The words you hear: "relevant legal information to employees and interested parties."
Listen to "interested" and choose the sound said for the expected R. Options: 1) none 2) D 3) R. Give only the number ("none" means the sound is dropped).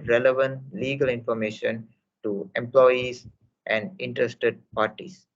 3